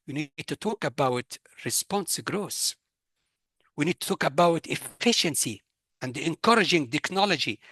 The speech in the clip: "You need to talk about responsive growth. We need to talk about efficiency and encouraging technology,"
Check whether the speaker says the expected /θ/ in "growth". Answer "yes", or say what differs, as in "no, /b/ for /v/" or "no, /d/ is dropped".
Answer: no, /s/ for /θ/